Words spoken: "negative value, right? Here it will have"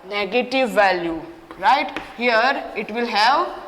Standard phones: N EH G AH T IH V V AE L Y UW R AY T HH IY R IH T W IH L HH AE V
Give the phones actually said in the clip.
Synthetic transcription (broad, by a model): N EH G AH T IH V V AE L Y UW R AY T HH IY R IH T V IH L HH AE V